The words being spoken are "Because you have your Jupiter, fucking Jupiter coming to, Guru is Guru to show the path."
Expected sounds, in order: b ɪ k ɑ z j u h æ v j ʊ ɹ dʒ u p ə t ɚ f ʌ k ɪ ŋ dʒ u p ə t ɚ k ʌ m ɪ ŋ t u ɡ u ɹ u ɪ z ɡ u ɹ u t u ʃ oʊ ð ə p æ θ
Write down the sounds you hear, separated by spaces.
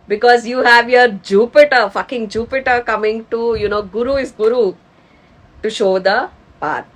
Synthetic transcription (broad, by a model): b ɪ k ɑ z j u h æ v j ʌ ɹ dʒ u p ə t ɚ f ʌ k ɪ ŋ dʒ u p ə t ɚ k ʌ m ɪ ŋ t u ɡ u ɹ u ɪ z ɡ u ɹ u t u ʃ oʊ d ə p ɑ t